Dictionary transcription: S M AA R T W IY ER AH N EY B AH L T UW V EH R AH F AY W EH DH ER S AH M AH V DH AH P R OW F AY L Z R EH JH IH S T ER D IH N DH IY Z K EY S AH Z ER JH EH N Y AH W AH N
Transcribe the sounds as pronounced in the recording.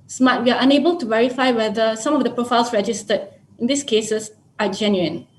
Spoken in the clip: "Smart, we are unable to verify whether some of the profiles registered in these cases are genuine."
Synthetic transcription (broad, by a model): S M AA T W IY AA AH N EY B AH L T UW V EH R AH F AY W EH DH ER S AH M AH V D AH P R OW F AY L S R EH JH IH S T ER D IH N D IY S K EY S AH S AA JH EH N Y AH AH N